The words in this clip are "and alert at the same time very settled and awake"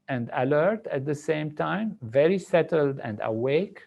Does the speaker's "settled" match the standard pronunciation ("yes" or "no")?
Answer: yes